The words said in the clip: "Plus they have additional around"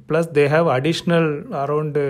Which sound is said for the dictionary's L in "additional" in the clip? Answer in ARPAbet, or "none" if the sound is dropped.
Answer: L